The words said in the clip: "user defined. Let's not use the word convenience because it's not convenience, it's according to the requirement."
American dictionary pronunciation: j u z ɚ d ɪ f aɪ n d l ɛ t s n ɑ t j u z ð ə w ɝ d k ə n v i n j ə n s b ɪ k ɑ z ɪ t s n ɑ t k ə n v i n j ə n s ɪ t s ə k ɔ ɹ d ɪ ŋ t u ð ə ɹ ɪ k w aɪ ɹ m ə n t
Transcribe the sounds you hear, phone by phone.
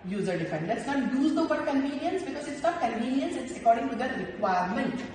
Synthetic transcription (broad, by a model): j u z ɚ d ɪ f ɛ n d l ɛ t s n ɑ t j u z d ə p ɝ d k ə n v i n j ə n s b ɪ k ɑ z ɪ t s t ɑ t k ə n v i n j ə n s ɪ t s ə k ɔ ɹ d ɪ ŋ t u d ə ɹ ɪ k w aɪ ɹ m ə n t